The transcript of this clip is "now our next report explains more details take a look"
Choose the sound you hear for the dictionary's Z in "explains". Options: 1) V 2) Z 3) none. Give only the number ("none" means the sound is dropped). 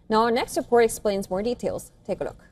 2